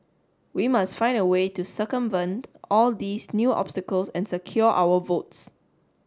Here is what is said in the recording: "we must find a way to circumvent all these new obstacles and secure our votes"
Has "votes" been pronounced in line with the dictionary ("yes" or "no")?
yes